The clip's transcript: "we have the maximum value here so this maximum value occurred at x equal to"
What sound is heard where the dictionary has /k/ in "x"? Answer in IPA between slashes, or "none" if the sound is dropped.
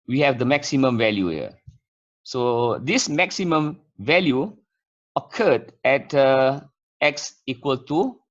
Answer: /k/